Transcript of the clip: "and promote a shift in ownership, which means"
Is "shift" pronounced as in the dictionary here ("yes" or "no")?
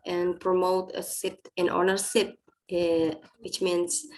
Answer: no